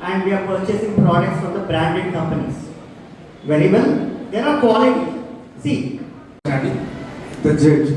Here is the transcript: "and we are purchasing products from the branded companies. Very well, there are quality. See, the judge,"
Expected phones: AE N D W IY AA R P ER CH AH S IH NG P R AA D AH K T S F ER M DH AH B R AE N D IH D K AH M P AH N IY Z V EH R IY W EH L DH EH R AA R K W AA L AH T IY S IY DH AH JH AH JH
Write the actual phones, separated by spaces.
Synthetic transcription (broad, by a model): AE N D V IY AA R P ER CH AH S IH NG P R AA D AH K T S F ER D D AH B R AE N D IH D K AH M P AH N IY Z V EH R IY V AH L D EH R AA R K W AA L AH S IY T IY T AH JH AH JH